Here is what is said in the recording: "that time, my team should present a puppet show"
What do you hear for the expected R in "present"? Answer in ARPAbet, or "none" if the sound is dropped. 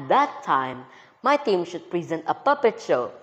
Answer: R